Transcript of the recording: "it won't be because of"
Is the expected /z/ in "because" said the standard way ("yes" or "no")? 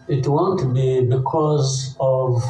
yes